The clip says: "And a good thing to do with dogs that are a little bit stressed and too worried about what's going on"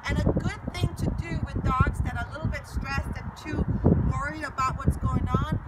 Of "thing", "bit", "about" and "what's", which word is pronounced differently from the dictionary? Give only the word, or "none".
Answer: none